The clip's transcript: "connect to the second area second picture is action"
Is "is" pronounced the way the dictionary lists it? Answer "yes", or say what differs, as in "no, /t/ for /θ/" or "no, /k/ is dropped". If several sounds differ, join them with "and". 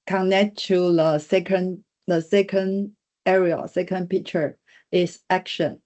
no, /s/ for /z/